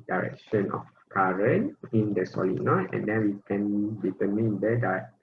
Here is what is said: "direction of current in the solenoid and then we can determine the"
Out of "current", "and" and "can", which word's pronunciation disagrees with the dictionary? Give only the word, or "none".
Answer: current